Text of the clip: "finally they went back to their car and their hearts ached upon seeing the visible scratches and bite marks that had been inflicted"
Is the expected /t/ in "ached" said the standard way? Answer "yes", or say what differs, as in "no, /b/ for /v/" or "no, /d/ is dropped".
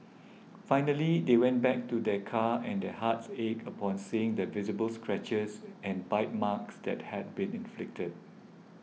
no, /t/ is dropped